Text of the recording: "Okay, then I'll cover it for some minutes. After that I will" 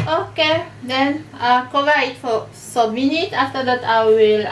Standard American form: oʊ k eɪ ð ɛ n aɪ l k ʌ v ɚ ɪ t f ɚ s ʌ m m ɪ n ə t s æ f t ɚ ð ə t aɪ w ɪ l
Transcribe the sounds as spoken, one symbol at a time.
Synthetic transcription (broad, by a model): oʊ k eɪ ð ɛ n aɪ k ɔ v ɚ ɪ t f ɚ s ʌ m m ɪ n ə t æ f t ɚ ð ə t aɪ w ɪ l